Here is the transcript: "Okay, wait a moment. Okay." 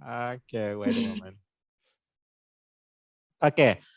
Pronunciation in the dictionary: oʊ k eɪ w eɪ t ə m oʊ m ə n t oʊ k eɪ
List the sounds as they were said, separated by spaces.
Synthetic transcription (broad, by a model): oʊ k eɪ w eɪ ə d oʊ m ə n oʊ k eɪ